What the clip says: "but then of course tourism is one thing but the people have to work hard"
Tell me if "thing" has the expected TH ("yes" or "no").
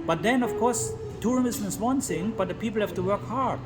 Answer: no